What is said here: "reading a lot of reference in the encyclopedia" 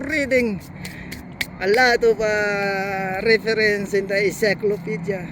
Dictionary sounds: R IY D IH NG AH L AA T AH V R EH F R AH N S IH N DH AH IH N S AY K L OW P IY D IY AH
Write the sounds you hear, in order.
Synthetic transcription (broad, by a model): R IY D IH NG AH L AA T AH P R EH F R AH N S IH N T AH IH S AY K L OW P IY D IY